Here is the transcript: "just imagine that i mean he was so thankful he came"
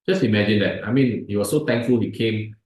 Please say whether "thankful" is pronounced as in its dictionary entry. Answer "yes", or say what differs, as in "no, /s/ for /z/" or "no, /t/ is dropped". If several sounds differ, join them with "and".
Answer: no, /t/ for /θ/